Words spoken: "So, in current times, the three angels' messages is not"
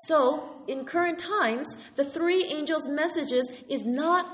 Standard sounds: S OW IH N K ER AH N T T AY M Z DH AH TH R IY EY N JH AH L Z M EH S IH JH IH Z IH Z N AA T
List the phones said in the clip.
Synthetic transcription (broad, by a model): S OW IH N K ER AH N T T AY M Z DH AH TH R IY EY N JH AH L Z M EH S IH JH IH Z IH Z N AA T